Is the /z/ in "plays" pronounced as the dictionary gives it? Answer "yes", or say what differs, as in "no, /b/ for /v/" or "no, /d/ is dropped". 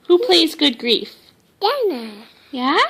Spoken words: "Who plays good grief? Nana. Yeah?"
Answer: yes